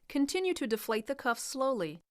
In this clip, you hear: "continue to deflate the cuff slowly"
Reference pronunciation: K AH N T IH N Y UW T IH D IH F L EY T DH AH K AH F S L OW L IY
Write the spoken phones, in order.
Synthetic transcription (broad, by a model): K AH N T IH N Y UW T IH D IH F L EY T DH AH K AH F S L OW L IY